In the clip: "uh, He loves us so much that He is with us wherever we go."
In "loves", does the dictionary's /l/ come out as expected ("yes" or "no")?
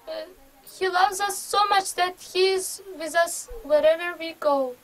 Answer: yes